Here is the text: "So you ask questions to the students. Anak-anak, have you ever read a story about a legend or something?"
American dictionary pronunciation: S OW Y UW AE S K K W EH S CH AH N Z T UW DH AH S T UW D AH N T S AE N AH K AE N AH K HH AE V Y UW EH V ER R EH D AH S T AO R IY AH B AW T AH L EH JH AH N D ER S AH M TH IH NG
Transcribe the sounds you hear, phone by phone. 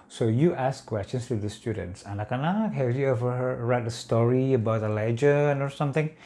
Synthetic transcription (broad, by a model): S OW Y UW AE S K K W EH S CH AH N S T UW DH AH S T UW D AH N T S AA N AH K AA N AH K HH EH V Y UW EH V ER R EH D AH S T AO R IY AH B AW T AH L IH JH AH N AO S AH M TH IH NG